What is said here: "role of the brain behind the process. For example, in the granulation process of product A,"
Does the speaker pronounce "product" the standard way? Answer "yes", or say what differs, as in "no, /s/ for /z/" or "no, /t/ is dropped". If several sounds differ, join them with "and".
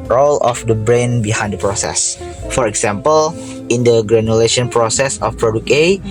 no, /t/ is dropped